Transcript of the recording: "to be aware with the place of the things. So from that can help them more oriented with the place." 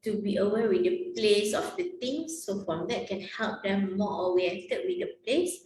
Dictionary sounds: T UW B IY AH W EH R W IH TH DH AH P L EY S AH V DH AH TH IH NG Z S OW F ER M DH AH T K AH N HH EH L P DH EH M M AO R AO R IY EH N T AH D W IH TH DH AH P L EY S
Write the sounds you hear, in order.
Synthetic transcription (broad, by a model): T UW B IY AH W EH W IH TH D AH P L EY S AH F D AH T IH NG S OW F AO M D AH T K AH N HH EH L P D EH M M AO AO W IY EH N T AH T W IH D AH P L EY S